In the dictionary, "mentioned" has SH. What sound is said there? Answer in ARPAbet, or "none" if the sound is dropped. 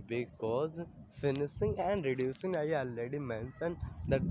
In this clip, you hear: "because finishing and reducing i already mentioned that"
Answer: S